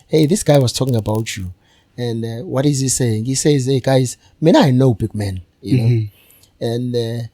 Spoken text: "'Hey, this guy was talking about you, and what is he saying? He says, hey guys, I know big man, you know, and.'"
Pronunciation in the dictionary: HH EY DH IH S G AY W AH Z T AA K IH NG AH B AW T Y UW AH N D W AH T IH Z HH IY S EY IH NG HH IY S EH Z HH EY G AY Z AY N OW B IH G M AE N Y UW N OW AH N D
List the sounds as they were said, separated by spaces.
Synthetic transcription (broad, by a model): HH EY DH IH S G AY W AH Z T AA K IH NG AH B AW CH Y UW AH N W AH T IH Z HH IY S EY IH NG HH IY S EH Z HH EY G AY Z AY N OW B IH G M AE N Y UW N OW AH N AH